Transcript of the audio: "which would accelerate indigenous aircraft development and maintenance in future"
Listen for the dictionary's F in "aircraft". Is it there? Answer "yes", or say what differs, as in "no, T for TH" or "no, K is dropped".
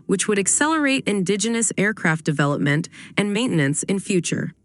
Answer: yes